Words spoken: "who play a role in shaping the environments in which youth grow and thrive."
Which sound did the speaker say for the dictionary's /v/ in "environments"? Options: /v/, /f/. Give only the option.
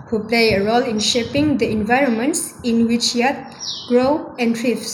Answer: /v/